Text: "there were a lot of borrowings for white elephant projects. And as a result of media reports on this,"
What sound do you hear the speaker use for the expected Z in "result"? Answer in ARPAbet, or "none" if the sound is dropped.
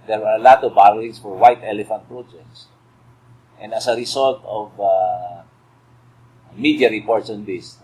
S